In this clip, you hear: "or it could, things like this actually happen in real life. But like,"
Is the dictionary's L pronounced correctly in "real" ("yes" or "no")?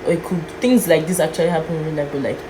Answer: no